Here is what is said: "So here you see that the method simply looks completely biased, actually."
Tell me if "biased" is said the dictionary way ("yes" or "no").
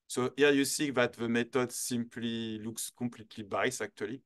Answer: no